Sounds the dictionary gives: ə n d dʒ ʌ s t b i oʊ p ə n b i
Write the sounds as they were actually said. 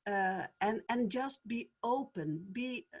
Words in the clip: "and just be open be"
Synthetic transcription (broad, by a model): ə n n dʒ ʌ s t b i oʊ p ə n b i